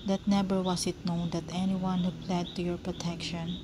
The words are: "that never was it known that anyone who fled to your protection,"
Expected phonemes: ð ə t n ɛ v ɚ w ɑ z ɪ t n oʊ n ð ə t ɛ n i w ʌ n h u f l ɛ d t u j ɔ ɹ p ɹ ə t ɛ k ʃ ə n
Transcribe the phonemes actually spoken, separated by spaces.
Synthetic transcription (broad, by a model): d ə t n ɛ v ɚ w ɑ s ɪ t n oʊ n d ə t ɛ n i w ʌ n h u p l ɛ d t u j ɔ ɹ p ɹ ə t ɛ k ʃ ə n